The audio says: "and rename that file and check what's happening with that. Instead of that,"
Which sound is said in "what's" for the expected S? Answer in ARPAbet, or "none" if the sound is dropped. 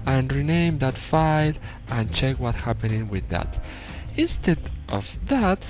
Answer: none